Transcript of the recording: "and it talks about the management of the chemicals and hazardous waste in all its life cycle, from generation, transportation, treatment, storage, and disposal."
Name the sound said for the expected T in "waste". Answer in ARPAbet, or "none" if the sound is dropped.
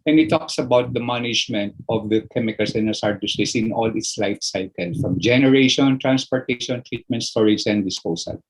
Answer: none